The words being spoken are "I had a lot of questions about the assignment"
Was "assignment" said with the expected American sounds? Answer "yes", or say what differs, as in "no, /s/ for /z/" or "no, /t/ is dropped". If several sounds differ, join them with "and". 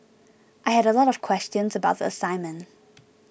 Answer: no, /n/ is dropped and /t/ is dropped